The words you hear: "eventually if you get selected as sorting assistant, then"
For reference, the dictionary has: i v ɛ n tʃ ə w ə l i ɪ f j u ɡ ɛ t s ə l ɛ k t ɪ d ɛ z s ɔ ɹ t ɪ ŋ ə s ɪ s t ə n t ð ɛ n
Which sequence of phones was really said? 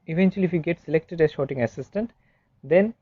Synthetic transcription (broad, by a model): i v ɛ n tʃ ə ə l i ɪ f j u ɡ ɛ t s ə l ɛ k t ɪ d ɛ z ʃ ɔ t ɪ ŋ ə s ɪ s t ə n t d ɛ n